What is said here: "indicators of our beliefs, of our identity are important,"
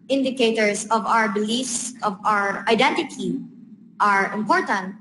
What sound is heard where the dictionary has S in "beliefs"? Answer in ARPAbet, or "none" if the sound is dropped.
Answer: S